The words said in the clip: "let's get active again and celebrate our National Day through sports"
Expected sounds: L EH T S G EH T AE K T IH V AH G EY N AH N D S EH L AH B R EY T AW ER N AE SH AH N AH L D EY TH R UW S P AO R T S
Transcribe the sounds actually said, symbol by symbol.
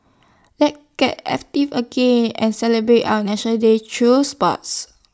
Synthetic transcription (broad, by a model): L EH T G EH T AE K T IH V AH G EY N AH N S EH L AH B R EY T AW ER N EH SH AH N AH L D EY T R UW S P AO T S